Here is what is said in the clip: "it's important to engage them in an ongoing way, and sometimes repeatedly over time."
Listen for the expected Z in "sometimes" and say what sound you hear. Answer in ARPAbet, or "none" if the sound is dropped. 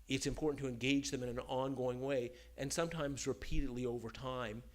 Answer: Z